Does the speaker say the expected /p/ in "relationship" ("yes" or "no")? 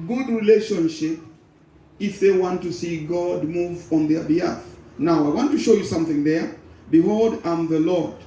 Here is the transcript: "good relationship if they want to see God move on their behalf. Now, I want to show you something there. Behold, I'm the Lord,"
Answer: yes